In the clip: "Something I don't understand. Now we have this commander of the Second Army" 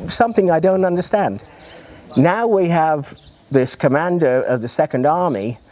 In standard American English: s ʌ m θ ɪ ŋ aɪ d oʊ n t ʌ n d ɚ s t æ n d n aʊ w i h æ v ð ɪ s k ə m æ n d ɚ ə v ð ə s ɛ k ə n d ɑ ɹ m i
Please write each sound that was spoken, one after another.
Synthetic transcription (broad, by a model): s ʌ m θ ɪ ŋ aɪ d oʊ n t ʌ n d ɚ s t æ n d n aʊ w i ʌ v ð ɪ s k ə m æ n d ɚ ə v ð ə s ɛ k ə n d ɑ ɹ m i